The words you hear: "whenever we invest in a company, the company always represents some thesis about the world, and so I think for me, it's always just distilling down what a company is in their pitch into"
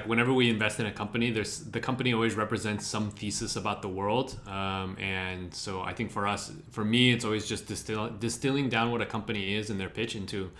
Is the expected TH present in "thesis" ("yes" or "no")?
no